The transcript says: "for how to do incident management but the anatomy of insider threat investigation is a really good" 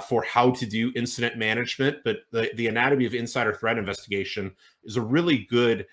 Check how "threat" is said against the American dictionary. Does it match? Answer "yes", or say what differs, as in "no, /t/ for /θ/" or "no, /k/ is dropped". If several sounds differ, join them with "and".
yes